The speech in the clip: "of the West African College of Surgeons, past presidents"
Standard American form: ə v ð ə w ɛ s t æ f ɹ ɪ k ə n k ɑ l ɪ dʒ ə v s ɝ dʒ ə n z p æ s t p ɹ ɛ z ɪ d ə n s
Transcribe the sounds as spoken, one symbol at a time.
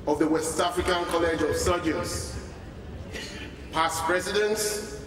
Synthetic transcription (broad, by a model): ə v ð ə w ɛ s t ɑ f ɹ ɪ k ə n k ɑ l ɪ dʒ ə v s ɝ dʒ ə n s p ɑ s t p ɹ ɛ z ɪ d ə n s